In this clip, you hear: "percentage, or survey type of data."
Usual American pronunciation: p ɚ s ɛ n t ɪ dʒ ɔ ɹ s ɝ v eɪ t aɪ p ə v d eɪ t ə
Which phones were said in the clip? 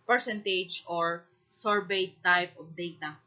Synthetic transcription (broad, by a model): p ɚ s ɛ n t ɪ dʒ ɔ ɹ s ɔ b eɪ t aɪ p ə p d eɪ t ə